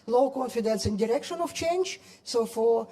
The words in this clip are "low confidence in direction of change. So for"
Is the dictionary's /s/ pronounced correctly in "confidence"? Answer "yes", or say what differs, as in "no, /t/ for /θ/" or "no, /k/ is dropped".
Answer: yes